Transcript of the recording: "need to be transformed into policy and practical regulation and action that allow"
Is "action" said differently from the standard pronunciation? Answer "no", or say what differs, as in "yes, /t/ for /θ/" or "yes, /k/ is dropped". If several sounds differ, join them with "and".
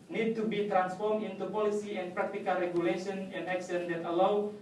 yes, /s/ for /ʃ/